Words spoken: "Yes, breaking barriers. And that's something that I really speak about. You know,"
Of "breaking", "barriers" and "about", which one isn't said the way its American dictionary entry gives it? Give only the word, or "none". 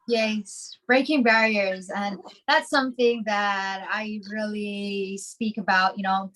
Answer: none